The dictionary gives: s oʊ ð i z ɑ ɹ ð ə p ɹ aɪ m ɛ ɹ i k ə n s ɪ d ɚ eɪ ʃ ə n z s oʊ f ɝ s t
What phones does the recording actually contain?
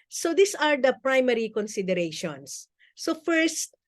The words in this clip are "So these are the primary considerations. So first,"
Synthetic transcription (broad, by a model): s oʊ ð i s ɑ ɹ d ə p ɹ aɪ m ɛ ɹ i k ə n s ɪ d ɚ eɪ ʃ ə n s oʊ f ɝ s t